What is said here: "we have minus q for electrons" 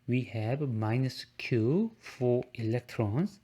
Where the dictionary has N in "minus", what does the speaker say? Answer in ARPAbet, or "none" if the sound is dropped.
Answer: N